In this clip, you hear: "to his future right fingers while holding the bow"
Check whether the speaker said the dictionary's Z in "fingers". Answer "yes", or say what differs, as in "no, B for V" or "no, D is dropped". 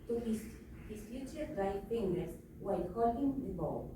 no, S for Z